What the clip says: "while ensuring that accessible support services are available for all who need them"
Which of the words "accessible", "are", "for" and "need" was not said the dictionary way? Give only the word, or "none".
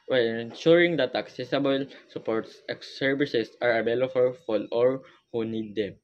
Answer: for